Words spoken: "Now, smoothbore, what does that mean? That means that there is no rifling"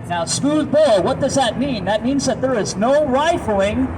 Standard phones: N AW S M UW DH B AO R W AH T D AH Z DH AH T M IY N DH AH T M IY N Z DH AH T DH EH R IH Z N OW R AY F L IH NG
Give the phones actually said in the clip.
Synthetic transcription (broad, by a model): N AW S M UW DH B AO L W AH T D AH Z DH AH T M IY N DH AH T M IY N Z DH AH T DH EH R IH Z N OW R AY F L IH NG